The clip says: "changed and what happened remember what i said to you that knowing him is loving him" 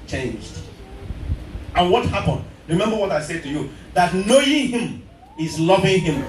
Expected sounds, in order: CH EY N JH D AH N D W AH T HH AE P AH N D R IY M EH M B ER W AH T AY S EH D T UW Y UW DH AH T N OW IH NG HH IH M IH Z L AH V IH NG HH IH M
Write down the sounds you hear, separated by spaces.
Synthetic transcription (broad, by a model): CH EY N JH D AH N W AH T HH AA P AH N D R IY M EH M B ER W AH T AY S EH D T UW Y UW DH AH T N OW IH NG HH IH M IH Z L AH V IH NG HH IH M